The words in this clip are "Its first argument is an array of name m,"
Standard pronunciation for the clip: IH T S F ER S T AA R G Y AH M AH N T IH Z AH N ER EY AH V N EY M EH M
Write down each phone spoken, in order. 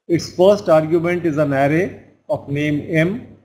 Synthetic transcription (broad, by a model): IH T S F ER S T AA R G Y AH M AH N T IH Z AH N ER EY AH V N EY M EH M